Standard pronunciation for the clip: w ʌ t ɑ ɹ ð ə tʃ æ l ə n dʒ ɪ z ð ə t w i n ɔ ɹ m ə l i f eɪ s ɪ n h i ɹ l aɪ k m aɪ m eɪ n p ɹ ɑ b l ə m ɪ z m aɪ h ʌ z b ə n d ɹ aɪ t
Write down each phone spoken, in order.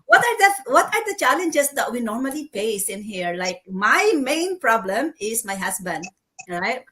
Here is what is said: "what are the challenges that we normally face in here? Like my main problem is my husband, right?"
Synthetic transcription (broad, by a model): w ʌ t ɑ ɹ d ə tʃ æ l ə n dʒ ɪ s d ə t w i n ɔ ɹ m ə l i p eɪ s ɪ n h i ɹ l aɪ k m aɪ m eɪ n p ɹ ɑ b l ə m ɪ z m aɪ h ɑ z b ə n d ɹ aɪ t